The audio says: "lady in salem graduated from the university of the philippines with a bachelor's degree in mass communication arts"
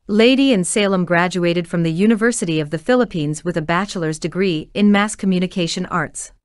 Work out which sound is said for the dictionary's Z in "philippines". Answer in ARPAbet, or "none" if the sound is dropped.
Z